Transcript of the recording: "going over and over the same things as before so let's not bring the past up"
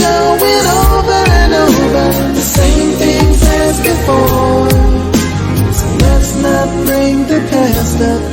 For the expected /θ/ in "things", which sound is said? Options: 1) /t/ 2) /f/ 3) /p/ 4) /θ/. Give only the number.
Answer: 4